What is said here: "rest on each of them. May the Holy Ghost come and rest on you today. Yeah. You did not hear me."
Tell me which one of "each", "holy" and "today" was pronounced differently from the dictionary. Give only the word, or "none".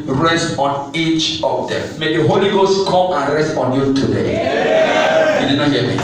none